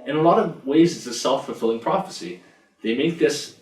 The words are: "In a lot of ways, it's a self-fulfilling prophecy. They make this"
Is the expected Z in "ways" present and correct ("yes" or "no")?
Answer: yes